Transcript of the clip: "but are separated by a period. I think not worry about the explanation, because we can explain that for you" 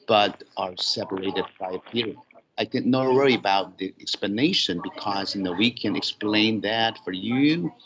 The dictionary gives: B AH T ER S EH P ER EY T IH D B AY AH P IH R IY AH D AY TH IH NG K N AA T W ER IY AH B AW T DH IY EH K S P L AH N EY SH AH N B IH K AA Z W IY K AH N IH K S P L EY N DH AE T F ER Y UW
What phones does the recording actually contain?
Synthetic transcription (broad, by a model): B AH T ER S EH P ER EY T IH D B AY AH P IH R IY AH IH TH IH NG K N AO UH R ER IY AH B AW T DH IY EH K S P L AH N EY SH AH N B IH K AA Z W IY K AH N IH K S P L EY N DH AE T F ER Y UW